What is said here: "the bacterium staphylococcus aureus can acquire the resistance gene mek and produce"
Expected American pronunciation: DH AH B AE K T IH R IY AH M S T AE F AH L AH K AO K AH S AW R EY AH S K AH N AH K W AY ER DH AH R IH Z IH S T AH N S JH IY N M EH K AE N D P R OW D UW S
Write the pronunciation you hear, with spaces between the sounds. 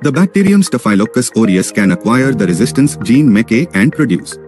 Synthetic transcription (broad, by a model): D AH B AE K T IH R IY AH M S T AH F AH AH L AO K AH S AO R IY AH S K AH N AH K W AY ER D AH R IH Z IH S T AH N S JH IY N M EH K AE N D P R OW D UW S